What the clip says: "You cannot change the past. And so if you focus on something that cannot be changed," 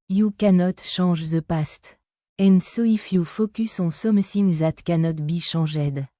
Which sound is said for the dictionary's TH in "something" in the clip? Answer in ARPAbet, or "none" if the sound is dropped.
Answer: S